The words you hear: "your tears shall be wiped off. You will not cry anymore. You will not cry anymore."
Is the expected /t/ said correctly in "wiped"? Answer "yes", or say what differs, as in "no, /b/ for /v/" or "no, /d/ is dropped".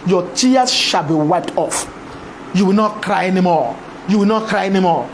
yes